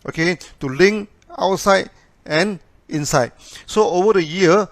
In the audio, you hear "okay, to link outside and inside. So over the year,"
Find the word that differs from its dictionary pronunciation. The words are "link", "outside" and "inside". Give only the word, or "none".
link